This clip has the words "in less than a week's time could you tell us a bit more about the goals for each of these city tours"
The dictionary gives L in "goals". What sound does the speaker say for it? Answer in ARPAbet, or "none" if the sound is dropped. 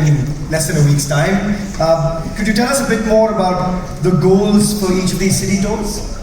L